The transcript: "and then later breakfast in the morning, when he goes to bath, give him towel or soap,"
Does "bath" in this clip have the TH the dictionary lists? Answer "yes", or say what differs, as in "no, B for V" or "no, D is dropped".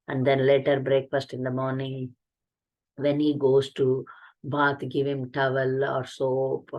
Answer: no, T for TH